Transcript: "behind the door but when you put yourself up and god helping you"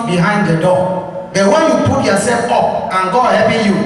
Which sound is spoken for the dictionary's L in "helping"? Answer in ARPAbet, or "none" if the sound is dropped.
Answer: none